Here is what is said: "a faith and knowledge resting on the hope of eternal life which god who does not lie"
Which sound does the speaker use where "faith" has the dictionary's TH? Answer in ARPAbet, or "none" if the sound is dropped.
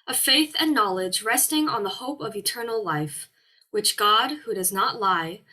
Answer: TH